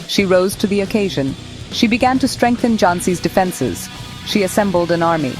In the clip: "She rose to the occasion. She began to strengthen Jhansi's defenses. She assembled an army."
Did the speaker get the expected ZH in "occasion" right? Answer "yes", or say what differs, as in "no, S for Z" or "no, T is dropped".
yes